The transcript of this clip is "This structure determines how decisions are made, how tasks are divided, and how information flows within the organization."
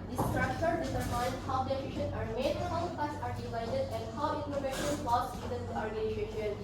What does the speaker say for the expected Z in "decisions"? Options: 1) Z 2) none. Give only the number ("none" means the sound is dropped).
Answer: 2